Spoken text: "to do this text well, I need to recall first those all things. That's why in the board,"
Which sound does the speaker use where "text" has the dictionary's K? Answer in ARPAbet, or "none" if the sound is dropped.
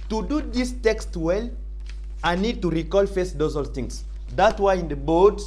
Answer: K